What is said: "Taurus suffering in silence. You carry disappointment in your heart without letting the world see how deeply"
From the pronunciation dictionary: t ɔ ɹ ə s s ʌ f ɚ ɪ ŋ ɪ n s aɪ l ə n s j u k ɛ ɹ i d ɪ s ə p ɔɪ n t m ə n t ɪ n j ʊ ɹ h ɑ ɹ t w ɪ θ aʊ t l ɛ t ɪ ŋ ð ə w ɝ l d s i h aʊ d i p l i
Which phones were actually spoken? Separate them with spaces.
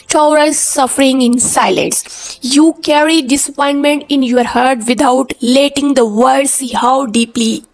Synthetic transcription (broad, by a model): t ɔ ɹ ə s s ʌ f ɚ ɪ ŋ ɪ n s aɪ l ə n s j u k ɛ ɹ i d ɪ s ə p ɔɪ n t m ə n t ɪ n j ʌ ɹ h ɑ ɹ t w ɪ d aʊ t l ɛ t ɪ ŋ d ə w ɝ d s i h aʊ d i p l i